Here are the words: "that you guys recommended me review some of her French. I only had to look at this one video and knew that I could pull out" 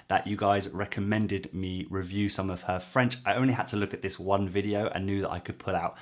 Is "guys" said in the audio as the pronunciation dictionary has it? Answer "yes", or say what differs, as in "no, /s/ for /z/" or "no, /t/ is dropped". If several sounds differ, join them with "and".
yes